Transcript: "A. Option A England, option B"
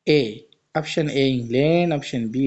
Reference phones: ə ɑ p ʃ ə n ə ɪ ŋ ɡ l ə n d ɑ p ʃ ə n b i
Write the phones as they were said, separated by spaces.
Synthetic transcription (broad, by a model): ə ɑ p ʃ ə n ə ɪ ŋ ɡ l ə n ɑ p ʃ ə n b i